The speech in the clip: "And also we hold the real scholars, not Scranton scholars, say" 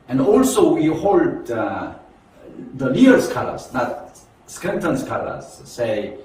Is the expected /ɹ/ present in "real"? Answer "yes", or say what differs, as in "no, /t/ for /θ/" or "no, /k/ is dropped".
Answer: no, /l/ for /ɹ/